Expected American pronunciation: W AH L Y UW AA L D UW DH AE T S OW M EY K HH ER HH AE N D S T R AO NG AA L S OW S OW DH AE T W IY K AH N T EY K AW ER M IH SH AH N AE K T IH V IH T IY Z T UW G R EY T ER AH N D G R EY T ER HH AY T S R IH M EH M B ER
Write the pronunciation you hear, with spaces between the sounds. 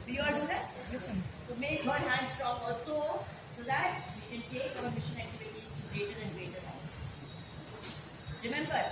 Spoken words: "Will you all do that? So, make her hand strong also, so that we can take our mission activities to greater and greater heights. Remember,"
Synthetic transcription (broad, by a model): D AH Y UW AA L D UW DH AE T S OW M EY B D HH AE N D S T R AO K AA L S OW S OW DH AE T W IY K AH N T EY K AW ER M IH SH AH N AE K T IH V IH T IY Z T UW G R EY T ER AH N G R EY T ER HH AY S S R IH M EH M B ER